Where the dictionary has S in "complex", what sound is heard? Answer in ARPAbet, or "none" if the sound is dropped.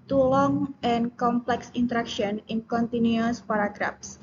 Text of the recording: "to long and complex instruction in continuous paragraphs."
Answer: S